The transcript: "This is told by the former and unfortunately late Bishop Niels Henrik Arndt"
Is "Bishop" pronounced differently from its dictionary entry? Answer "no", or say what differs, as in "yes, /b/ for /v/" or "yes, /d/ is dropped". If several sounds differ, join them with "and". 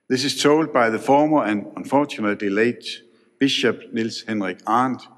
yes, /b/ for /p/